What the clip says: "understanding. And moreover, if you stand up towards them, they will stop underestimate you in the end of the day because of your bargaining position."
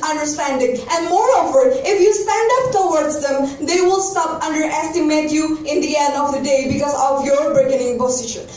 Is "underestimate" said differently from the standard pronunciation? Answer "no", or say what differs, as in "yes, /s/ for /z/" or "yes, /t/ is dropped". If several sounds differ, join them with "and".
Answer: no